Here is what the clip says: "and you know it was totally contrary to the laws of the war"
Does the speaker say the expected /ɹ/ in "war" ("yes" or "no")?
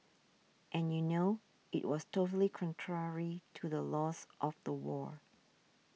yes